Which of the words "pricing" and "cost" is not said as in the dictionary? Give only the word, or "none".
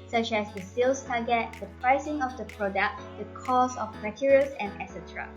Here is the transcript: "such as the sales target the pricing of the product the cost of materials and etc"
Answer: cost